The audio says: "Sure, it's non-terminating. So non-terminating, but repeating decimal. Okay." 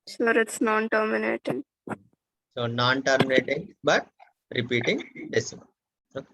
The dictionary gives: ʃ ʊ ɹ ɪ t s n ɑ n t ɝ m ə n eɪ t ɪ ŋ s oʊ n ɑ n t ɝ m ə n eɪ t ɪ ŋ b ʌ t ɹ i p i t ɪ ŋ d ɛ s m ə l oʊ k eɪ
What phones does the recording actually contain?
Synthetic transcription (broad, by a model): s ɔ ɹ ɪ t s n ɑ n t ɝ m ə n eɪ t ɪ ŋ s oʊ n ɑ n t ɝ m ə n eɪ t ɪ ŋ b ʌ t ɹ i p i t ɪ ŋ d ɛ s ə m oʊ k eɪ